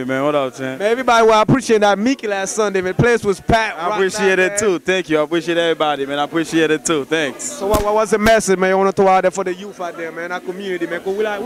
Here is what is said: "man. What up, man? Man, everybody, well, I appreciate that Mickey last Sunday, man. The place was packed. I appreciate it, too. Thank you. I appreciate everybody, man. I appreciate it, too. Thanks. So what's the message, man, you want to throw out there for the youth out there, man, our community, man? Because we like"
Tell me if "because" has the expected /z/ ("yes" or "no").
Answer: no